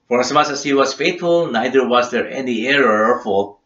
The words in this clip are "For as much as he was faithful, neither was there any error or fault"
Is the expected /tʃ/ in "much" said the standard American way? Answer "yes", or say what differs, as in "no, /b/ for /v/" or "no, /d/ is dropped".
no, /s/ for /tʃ/